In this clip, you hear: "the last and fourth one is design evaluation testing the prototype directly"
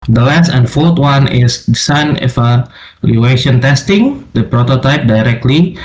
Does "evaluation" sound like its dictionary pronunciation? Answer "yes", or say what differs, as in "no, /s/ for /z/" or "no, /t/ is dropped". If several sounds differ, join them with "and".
no, /f/ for /v/